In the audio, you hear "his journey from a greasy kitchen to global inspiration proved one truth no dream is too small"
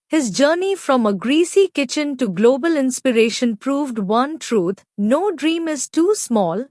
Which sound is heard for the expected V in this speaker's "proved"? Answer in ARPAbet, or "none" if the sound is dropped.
V